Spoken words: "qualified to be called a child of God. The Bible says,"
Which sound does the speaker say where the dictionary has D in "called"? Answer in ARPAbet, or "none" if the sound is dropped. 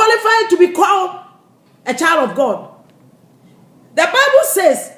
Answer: none